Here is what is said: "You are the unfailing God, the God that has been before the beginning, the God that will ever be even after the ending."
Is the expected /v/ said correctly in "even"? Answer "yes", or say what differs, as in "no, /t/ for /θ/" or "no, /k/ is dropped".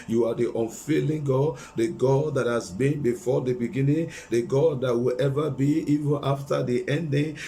yes